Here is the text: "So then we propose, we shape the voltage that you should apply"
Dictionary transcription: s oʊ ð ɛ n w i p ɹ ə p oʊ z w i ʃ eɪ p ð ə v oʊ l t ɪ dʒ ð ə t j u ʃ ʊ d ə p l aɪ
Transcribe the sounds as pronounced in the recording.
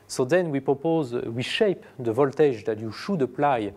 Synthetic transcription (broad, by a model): s oʊ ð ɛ n w i p ɹ ə p oʊ z w i ʃ eɪ p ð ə v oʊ l t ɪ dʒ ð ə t j u ʃ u d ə p l aɪ